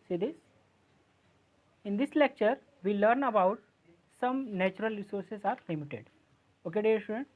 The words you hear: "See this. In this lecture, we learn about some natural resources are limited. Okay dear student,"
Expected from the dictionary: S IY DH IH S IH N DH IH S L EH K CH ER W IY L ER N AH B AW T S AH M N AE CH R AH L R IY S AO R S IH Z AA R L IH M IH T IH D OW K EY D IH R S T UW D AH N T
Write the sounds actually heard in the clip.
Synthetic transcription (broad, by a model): S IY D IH S IH N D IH S L EH K CH ER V IY L ER N AH B AW T S AH M N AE CH R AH L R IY S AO R S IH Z AA R L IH M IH T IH D OW K EY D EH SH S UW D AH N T